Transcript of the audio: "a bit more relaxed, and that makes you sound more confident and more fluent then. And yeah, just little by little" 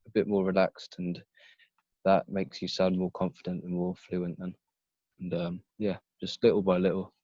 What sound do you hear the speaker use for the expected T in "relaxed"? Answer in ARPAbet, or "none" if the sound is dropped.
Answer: T